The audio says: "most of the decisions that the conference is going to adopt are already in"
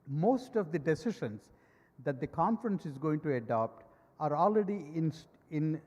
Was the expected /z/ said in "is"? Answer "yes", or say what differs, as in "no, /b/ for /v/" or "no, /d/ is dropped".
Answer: yes